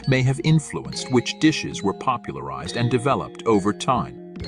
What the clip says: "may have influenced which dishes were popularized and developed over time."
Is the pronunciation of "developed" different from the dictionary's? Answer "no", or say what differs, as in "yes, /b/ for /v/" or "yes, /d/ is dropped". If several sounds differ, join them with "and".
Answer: no